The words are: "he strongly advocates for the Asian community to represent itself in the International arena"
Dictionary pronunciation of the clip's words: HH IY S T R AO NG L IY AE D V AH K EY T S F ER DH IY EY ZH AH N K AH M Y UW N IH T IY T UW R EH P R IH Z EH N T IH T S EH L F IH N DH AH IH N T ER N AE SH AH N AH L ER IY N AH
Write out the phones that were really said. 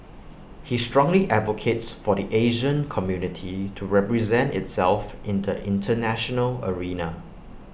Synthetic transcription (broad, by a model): HH IY S T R AO NG L IY AE D V AH K EY T S F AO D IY EY ZH AH N K AH M Y UW N IH T IY T UW R EH P R IH Z EH N T IH T S EH L F IH N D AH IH N T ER N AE SH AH N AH L ER IY N AH